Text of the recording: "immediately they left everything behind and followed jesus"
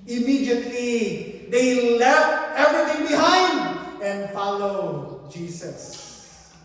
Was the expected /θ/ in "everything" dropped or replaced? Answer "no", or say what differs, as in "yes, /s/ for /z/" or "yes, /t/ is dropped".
yes, /t/ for /θ/